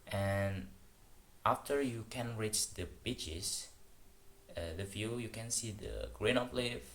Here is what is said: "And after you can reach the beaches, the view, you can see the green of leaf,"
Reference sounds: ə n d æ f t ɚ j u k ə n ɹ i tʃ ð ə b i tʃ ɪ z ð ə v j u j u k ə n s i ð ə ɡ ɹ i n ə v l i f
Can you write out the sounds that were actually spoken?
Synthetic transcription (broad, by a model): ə n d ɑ f t ɚ j u k ə n ɹ i tʃ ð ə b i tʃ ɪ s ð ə f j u j u k ə n s i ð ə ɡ ɹ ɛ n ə p l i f